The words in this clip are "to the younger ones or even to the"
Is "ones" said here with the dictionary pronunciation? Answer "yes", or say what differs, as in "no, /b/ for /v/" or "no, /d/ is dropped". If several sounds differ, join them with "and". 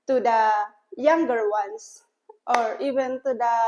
no, /s/ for /z/